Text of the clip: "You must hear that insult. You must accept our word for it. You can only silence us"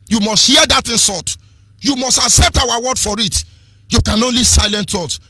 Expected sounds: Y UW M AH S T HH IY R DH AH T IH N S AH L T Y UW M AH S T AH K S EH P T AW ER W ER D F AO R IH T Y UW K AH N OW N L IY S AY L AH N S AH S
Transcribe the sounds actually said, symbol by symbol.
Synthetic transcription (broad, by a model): Y UW M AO S T HH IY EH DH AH T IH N S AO T Y UW M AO S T AH K S EH P T AW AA W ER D F AO R IH T Y UW K AH N OW N L IY S AY L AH N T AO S